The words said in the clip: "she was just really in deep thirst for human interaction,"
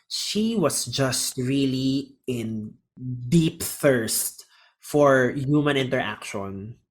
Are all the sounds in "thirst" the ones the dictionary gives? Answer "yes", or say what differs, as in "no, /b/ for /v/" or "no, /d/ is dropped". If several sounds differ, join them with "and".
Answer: yes